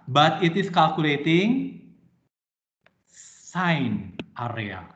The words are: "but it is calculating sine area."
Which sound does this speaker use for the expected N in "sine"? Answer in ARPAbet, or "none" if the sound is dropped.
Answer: N